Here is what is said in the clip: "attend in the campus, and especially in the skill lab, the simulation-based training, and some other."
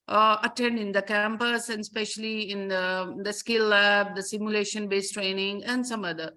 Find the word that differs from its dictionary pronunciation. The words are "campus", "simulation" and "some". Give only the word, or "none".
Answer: none